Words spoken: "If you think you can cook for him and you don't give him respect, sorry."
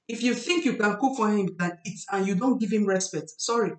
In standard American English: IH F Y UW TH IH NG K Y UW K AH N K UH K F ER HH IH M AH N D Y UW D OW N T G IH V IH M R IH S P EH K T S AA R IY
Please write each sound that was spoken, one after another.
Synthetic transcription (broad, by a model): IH F Y UW TH IH NG K Y UW K AH N K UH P F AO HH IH M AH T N Y UW D OW N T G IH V IH M R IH S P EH T S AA R IY